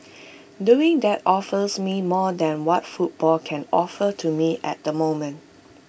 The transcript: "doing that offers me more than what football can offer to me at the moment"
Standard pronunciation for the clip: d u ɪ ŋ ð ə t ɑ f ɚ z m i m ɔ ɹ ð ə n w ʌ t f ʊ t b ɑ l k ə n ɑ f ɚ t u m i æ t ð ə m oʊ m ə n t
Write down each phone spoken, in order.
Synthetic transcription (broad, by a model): d u ɪ ŋ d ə t ɑ f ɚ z m i m ɔ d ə n w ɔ t f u t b ɑ l k ə n ɑ f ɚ t u m i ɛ t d ə m oʊ m ə n t